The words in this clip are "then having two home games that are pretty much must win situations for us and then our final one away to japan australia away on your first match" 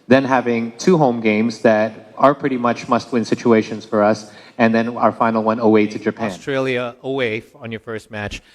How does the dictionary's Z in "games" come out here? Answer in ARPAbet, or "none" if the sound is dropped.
Z